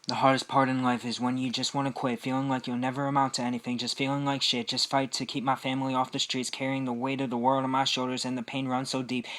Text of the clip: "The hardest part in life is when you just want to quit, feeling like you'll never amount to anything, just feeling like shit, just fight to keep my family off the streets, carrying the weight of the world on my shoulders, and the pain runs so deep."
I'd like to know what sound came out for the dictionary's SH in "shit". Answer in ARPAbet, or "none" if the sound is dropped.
SH